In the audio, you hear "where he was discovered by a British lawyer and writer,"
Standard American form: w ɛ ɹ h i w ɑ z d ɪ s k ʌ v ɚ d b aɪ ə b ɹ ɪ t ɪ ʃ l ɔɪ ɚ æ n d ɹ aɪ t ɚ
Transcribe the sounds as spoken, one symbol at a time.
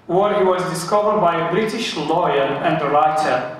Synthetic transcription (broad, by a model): w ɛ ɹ h i w ɑ z d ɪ s k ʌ v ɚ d b aɪ ə b ɹ ɪ t ɪ ʃ l ɔɪ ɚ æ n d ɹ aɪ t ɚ